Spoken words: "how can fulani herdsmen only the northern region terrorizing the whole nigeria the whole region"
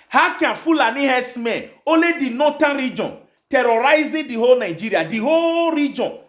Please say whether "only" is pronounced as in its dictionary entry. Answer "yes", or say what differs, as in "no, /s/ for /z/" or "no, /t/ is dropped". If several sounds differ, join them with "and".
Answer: no, /n/ is dropped